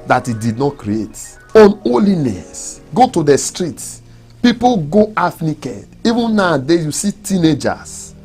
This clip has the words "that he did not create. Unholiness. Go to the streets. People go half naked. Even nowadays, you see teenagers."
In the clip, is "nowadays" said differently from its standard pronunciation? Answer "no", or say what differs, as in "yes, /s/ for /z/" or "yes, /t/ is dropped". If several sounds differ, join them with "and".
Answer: yes, /z/ is dropped